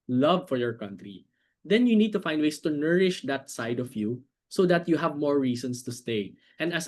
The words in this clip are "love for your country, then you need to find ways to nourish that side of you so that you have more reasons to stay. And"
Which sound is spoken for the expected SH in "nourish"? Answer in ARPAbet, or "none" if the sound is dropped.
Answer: SH